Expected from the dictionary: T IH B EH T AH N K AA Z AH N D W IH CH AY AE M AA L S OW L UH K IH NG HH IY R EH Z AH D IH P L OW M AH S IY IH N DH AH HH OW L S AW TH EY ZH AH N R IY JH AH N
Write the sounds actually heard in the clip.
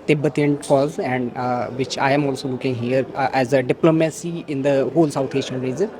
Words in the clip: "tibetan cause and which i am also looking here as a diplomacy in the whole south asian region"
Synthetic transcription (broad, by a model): T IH B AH T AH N K AA Z AH N D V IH CH AY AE M AA L S OW L UH K IH NG HH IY R EH Z AH D IH P L OW M AH S IY IH N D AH HH OW L S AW T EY SH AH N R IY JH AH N